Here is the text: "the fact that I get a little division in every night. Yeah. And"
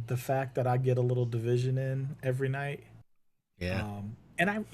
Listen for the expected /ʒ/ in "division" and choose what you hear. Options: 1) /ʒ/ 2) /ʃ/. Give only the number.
1